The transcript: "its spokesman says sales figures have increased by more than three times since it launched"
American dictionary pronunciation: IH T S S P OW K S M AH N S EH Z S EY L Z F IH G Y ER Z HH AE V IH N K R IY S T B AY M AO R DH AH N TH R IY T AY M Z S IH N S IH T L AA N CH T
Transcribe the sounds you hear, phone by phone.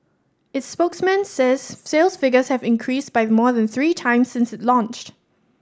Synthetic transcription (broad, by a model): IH T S S P OW K S M AH N S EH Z S EY L S F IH G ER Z HH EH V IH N K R IY S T B AY M AO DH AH N TH R IY T AY M S IH N S IH T L AA N CH T